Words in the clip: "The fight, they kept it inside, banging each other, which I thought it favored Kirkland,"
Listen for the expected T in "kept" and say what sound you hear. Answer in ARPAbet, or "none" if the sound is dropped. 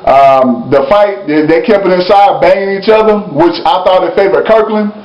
none